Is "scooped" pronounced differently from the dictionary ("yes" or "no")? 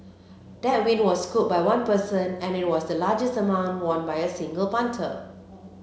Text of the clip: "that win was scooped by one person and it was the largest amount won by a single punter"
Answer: yes